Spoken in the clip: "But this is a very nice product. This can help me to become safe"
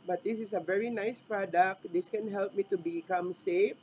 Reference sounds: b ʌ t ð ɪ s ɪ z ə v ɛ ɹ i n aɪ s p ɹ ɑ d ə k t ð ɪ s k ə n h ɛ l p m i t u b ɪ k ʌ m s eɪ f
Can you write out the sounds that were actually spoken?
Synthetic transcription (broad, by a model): b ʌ t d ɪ s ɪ s ə v ɛ ɹ i n aɪ s p ɹ ɑ d ə k t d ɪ s k ə n h ɛ l p m i t u b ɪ k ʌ m s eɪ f